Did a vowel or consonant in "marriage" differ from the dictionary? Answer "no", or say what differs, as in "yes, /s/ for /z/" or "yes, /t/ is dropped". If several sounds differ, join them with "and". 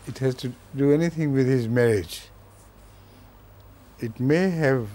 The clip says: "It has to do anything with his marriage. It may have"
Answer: no